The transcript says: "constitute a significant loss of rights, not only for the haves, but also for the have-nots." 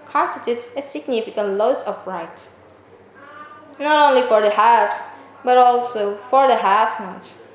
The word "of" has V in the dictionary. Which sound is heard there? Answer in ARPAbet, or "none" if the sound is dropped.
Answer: P